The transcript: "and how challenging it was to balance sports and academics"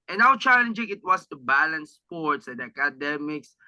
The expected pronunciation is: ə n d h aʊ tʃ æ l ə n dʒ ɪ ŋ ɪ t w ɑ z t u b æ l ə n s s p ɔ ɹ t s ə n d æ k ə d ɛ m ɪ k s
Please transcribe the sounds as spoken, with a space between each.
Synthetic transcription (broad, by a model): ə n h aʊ tʃ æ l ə n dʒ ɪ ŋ ɪ t w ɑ s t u b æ l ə n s s p ɔ ɹ t s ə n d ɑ k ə d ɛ m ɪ k s